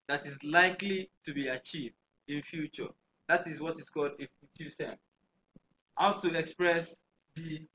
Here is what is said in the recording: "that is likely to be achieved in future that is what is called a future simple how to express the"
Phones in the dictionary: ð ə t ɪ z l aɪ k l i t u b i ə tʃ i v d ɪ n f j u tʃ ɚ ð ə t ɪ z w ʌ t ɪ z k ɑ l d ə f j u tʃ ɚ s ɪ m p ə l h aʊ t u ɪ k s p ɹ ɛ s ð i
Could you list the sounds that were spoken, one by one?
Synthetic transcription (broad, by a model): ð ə t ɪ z l aɪ k l i t u b i ə tʃ i v d ɪ n f j u tʃ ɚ ð ə t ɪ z w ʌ t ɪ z k ɑ l d ə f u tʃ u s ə n h aʊ t u ɪ k s p ɹ ɛ s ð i